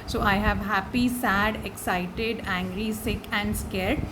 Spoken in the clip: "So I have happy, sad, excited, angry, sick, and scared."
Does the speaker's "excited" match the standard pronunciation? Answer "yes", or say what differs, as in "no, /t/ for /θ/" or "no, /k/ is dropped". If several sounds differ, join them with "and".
yes